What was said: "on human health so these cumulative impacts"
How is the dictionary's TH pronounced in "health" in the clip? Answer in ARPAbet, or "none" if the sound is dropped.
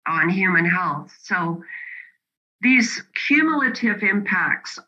TH